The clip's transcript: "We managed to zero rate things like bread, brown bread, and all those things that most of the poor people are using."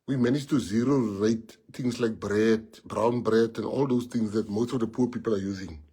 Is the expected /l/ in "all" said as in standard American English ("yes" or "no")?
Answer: yes